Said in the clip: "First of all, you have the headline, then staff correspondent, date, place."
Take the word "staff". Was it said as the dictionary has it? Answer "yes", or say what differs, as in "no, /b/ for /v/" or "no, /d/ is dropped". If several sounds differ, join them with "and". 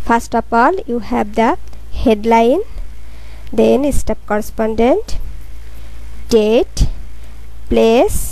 no, /p/ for /f/